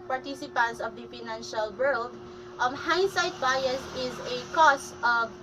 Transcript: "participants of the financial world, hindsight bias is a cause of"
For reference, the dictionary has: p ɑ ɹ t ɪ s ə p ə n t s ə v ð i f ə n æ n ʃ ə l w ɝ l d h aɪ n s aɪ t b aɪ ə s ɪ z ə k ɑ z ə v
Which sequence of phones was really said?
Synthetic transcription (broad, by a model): p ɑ ɹ t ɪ s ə p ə n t s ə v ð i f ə n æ n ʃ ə l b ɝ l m h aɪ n s aɪ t b aɪ ə s ɪ z ə k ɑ s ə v